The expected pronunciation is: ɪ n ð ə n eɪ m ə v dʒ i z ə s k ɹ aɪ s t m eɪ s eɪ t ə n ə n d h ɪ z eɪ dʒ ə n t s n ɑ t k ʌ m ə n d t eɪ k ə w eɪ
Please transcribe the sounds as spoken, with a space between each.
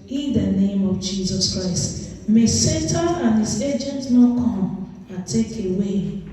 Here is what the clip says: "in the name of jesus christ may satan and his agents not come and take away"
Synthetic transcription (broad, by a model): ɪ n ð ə n eɪ m ə v dʒ i z ə s k ɹ aɪ s t m eɪ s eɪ t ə ə n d h ɪ z eɪ dʒ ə n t n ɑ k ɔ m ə t eɪ k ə w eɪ